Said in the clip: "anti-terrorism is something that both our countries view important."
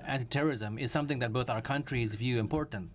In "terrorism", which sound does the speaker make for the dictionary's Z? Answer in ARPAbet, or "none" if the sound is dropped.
Z